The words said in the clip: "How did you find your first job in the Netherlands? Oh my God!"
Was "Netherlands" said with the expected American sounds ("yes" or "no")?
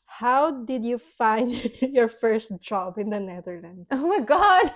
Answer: no